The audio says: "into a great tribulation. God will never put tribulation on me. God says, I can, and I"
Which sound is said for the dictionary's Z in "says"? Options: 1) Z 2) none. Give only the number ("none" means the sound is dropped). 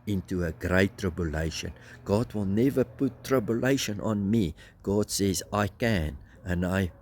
1